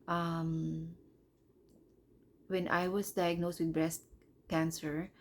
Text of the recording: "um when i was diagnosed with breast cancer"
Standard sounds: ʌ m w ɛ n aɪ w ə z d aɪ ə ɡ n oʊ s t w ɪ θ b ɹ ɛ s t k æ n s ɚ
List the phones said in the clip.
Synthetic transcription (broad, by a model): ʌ m w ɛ n aɪ w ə s d aɪ ə ɡ n oʊ s t w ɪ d b ɹ ɛ s t k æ n s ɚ